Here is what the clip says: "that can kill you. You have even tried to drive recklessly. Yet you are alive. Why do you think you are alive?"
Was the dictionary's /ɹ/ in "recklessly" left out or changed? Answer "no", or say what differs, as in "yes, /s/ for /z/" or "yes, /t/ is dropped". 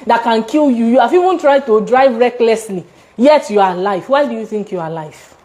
no